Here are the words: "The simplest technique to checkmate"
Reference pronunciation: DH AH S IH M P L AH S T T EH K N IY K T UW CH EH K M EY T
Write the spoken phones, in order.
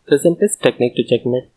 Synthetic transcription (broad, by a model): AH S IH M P AH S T T EH K N IY K T UW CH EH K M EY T